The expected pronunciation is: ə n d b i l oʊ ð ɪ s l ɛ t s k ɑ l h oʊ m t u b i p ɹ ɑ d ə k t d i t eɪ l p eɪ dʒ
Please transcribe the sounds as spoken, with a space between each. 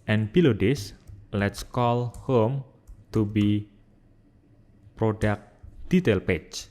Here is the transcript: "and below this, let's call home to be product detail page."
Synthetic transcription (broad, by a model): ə n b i l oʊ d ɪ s l ɛ t s k ɑ l h oʊ m t u b i p ɹ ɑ d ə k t d i t eɪ l p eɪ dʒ